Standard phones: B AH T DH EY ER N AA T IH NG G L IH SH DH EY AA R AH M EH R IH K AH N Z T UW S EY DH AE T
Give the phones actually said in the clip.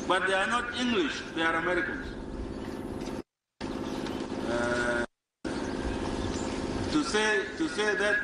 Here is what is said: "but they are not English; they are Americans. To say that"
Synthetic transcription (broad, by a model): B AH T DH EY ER N AA T IH NG G L IH SH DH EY AA R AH M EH R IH K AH N S T UW S EY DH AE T